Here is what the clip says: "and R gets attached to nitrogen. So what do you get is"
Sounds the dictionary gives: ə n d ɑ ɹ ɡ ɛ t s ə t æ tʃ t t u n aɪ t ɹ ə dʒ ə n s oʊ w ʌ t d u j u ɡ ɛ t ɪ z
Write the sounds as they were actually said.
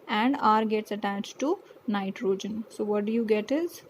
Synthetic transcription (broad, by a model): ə n d ɑ ɹ ɡ ɛ t s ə t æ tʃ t t u n aɪ t ɹ ə dʒ ə n s oʊ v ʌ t d u j u ɡ ɛ t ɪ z